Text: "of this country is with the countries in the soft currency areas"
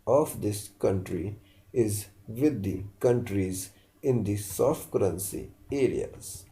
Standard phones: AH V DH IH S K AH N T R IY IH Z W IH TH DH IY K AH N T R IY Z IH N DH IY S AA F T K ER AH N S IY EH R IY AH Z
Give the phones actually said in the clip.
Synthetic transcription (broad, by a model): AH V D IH S K AH N T R IY IH Z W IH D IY K AH N T R IY Z IH N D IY S AA F T K ER AH N S IY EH R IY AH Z